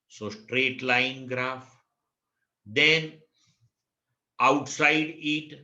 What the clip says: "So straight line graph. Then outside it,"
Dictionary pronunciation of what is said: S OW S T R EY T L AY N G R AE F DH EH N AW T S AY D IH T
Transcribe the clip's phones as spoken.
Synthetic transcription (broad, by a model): S OW S T R EY T L AY N G R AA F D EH N AW T S AY D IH T